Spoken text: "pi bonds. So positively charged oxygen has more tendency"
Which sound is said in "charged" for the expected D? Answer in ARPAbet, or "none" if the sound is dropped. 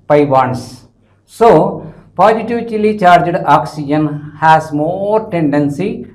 D